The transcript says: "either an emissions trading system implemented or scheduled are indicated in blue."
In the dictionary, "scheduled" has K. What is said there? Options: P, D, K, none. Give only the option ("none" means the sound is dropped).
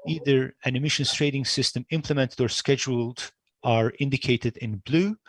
K